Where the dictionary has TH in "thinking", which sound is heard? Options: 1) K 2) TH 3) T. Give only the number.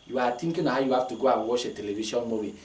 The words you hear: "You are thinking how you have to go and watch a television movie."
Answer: 3